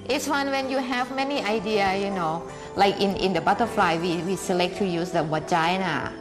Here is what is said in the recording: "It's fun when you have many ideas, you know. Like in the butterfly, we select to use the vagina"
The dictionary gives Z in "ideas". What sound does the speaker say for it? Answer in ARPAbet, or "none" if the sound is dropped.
none